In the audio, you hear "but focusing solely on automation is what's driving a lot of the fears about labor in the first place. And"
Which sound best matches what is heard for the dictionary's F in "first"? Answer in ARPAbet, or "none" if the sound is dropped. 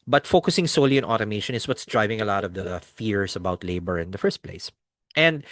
F